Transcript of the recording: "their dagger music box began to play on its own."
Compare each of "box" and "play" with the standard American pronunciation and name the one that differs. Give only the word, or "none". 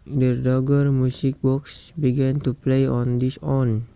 none